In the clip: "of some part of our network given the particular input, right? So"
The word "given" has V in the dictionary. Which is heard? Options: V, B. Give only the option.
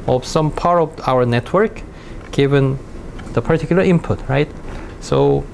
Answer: V